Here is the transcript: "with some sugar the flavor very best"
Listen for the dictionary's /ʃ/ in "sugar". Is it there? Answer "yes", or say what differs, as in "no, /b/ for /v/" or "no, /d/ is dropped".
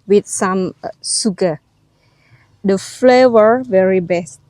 no, /s/ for /ʃ/